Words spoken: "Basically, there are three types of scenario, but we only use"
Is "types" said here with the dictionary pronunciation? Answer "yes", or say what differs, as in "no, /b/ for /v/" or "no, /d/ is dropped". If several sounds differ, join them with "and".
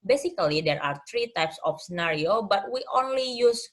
yes